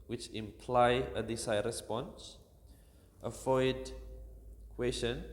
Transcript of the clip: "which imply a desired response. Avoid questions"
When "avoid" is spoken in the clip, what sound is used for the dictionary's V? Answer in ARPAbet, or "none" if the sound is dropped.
F